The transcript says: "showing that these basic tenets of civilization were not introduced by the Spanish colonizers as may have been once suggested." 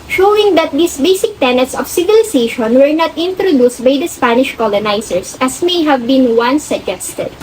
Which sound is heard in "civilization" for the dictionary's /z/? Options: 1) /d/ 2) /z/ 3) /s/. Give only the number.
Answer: 3